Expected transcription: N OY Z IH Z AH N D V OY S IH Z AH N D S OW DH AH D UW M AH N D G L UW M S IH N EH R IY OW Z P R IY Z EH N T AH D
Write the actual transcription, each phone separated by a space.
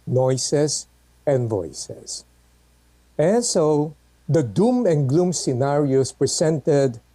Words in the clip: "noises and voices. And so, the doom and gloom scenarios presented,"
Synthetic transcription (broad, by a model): N OY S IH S AH N D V OY S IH S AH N S OW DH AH D UW M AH N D G L UW M S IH N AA R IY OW S P R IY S EH N T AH D